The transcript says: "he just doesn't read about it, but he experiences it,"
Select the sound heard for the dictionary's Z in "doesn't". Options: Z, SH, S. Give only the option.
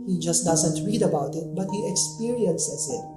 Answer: Z